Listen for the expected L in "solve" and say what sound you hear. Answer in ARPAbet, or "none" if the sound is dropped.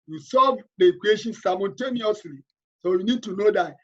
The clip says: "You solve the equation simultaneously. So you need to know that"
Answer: none